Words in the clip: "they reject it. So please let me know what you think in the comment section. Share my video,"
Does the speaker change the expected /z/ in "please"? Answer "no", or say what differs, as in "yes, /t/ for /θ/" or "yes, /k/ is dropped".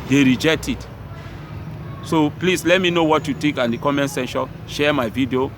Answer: yes, /s/ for /z/